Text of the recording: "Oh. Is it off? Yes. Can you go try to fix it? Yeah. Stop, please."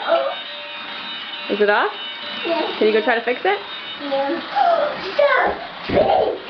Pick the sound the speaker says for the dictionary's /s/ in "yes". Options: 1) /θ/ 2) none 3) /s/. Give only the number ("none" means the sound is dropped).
2